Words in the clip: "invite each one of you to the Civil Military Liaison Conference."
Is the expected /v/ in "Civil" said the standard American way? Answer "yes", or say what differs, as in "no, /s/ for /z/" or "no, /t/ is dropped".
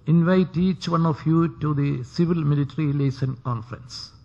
yes